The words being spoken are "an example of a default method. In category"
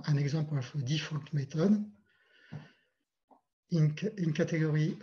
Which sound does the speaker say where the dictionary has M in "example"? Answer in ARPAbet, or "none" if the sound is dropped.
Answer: none